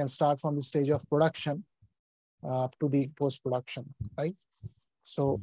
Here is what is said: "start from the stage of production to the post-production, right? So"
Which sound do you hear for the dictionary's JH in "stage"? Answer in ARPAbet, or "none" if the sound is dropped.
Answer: JH